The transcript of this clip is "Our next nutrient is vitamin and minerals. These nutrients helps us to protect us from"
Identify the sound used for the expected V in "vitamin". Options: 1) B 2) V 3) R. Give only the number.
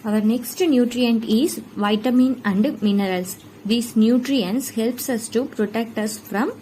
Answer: 2